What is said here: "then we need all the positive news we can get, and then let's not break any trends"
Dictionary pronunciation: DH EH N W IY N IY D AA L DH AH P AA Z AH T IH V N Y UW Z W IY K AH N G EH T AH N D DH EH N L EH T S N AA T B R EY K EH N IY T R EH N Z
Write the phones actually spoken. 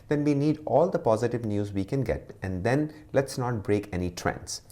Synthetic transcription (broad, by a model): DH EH N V IY N IY D AA L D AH P AA Z AH T IH V N Y UW Z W IY K AH N G EH T AH N D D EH N L EH T S N AA T B R EY K EH N IY T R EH N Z